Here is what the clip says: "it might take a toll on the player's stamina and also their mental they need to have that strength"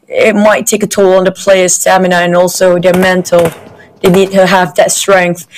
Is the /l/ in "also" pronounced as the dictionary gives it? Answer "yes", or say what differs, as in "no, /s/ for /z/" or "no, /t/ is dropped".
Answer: yes